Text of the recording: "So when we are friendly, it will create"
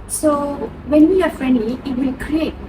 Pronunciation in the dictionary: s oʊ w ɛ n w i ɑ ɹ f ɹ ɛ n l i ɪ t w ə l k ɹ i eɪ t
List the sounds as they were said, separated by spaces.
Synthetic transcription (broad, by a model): s oʊ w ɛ n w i ɑ ɹ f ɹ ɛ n i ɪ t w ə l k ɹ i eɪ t